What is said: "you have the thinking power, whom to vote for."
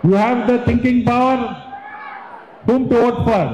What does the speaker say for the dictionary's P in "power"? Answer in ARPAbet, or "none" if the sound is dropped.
P